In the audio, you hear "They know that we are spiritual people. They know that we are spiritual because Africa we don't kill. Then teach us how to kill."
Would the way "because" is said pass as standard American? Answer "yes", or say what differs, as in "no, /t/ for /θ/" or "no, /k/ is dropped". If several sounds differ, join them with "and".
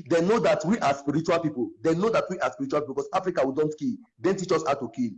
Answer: no, /s/ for /z/